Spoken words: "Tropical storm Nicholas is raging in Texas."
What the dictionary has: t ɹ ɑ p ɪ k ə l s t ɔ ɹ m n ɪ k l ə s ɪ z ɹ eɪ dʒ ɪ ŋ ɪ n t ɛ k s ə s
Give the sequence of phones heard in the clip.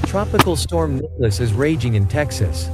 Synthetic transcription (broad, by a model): t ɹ ɑ p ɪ k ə l s t ɔ ɹ m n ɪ l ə s ɪ z ɹ eɪ dʒ ɪ ŋ ɪ n t ɛ k s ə s